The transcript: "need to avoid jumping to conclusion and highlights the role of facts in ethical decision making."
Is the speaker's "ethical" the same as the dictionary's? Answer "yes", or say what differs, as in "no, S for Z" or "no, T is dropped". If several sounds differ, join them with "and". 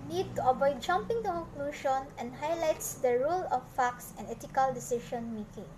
no, T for TH